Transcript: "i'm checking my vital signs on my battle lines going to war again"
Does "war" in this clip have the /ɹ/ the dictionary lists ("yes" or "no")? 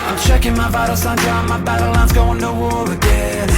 no